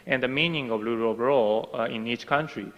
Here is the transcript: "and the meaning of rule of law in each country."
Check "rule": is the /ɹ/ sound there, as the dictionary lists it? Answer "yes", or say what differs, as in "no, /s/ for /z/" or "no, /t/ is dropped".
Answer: no, /l/ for /ɹ/